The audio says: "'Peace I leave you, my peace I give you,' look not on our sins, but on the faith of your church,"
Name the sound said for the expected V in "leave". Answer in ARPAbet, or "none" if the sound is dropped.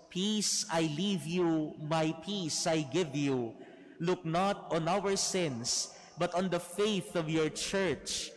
V